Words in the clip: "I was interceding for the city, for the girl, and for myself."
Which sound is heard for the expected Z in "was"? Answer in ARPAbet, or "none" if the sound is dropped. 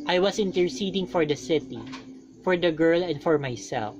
S